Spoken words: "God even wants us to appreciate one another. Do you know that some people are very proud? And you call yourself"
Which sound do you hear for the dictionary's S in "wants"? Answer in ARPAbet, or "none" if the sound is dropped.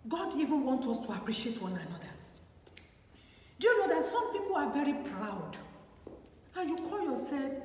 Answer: none